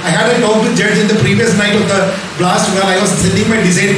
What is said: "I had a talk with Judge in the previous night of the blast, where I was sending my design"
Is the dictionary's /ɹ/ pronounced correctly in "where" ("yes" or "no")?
no